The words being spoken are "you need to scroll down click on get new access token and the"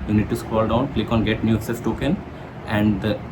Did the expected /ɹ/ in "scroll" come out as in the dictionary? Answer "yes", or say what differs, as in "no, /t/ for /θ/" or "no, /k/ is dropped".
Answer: no, /w/ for /ɹ/